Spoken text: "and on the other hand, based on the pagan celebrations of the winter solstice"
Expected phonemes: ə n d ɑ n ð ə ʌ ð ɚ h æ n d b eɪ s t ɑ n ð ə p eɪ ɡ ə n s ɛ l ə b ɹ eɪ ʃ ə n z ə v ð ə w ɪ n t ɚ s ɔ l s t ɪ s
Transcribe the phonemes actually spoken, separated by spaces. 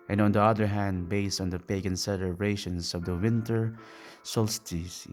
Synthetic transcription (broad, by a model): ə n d ɑ n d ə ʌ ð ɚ h æ n d b eɪ s t ɑ n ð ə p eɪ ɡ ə n s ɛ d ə ɹ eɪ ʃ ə n s ə v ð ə w ɪ n t ɚ s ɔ l s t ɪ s